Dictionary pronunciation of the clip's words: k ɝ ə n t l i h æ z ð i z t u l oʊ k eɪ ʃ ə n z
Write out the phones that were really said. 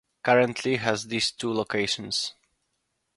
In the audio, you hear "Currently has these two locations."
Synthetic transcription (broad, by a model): k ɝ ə n t l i h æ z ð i s t u l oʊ k eɪ ʃ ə n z